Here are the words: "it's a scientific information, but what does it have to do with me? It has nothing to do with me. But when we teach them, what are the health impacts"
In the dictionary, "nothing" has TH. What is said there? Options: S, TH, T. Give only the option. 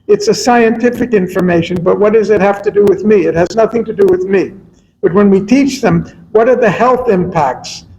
TH